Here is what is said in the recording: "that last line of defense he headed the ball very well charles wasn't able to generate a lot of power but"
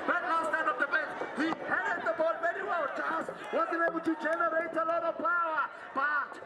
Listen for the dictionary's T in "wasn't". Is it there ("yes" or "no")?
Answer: no